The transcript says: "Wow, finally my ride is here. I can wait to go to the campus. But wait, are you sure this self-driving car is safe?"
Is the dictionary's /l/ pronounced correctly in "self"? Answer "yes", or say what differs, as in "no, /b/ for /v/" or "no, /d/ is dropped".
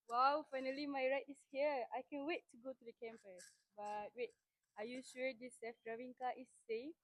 no, /l/ is dropped